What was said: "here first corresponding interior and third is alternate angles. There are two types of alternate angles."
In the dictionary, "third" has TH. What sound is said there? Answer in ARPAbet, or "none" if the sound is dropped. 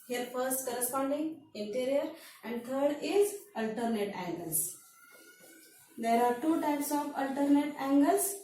T